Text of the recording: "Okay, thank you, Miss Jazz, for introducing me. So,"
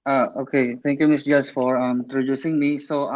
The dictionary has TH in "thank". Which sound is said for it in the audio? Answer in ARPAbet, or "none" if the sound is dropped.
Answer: T